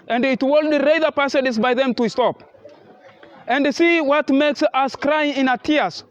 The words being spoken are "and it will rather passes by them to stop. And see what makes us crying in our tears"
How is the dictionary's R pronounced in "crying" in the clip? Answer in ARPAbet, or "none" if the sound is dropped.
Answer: R